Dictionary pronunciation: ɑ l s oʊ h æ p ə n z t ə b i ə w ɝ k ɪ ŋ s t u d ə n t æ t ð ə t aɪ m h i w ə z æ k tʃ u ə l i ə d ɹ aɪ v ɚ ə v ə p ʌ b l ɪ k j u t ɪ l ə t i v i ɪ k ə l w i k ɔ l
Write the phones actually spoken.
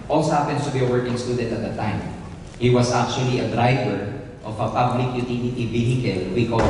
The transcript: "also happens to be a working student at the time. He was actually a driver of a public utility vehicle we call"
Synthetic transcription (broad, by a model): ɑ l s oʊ h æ p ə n s t ə b i ə w ɝ k ɪ ŋ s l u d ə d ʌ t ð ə t aɪ m h i w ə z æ k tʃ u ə l i ə d ɹ aɪ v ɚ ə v ə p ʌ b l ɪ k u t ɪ n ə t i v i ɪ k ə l w i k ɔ